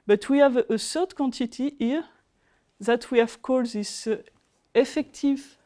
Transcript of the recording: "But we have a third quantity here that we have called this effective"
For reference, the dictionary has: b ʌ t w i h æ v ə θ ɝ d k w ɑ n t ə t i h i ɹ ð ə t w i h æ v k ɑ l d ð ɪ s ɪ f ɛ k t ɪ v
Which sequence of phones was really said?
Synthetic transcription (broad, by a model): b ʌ t w i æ v ə s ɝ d k w ɑ n t ə t i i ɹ ð ə t w i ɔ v k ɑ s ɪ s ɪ f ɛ k t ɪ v